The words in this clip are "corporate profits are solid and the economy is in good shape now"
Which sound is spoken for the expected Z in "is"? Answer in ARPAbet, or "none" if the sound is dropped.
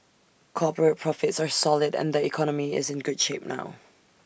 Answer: Z